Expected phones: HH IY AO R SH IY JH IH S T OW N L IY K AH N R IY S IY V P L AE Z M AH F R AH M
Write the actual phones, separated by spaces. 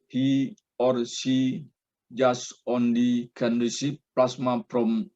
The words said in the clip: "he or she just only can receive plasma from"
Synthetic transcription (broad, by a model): HH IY AO R S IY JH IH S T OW N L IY K AH N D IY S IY P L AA S M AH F R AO M